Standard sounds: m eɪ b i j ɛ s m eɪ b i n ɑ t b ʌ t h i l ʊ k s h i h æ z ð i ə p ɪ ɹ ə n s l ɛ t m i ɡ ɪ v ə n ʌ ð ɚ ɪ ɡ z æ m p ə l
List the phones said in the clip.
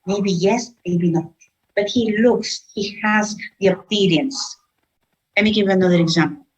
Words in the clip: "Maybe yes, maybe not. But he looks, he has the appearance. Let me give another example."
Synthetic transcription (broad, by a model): m eɪ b i j ɛ s m eɪ b i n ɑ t b ʌ t h i l ʊ k s h i h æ z ð i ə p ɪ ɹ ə n s l ɛ t m i ɡ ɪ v ə n ʌ ð ɚ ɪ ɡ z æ m p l